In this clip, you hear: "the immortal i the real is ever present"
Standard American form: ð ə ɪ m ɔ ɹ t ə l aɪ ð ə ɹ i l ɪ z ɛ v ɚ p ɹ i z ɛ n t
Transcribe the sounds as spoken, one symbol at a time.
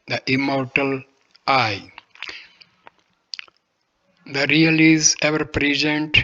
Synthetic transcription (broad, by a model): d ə ɪ m ɔ ɹ t ə l aɪ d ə ɹ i l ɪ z ɛ v ɚ p ɹ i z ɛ n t